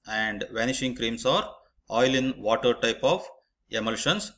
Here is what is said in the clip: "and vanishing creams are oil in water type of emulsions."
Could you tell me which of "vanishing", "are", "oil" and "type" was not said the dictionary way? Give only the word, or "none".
none